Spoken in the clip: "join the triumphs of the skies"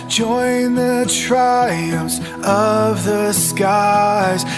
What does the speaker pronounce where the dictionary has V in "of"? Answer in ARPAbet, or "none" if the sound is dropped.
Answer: V